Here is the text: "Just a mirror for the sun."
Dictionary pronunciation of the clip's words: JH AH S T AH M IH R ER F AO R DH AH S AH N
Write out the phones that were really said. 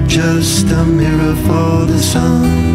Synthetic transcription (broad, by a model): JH AH S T AH M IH R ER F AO L DH AH S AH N